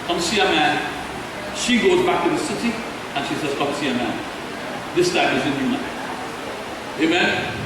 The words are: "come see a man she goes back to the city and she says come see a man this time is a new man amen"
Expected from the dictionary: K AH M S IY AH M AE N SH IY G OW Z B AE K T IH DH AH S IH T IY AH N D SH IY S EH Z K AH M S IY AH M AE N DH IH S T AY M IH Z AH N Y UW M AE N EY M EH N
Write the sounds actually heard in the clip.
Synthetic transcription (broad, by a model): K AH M S IY AH M AE N SH IY G OW Z B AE K T IH DH AH S IH T IY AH N SH IY S EH Z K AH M S IY AH M AE N DH IH S T AY M IH Z AH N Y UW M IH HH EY M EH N